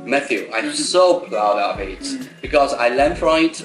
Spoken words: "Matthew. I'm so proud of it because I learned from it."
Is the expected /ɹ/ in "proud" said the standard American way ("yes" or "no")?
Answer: no